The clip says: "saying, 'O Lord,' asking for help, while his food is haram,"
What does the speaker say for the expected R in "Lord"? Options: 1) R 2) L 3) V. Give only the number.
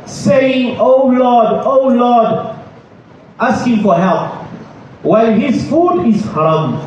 2